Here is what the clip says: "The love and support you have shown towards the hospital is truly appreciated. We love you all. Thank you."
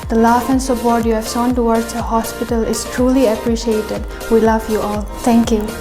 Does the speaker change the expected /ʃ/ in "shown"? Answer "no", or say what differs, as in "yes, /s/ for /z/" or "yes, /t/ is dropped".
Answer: yes, /s/ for /ʃ/